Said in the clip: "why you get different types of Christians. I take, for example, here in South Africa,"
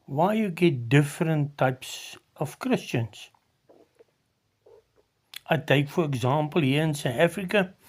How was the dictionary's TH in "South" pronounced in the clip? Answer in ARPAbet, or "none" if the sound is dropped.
T